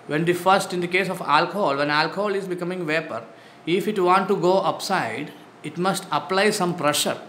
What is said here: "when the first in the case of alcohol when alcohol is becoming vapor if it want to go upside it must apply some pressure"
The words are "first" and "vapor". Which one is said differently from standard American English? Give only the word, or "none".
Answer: none